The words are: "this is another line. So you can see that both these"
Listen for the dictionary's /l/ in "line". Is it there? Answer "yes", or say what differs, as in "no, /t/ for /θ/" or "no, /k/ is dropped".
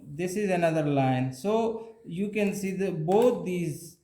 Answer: yes